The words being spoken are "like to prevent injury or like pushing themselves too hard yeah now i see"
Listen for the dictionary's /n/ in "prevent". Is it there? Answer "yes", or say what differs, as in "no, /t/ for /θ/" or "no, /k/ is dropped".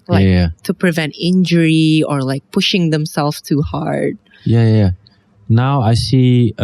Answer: yes